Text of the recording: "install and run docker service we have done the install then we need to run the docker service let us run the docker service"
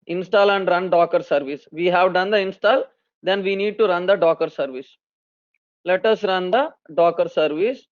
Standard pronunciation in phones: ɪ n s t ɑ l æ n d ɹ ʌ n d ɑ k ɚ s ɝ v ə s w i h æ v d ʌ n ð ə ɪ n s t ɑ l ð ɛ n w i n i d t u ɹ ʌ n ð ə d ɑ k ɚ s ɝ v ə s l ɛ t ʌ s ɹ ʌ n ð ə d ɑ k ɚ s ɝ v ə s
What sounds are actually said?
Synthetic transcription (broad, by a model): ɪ n s t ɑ l æ n d ɹ ʌ n d ɑ k ɚ s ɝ v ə s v i h æ v d ʌ n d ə ɪ n s t ɑ l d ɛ n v i n i d t u ɹ ʌ n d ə d ɑ k ɚ s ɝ v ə s l ɛ t ʌ s ɹ ʌ n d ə d ɑ k ɚ s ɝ v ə s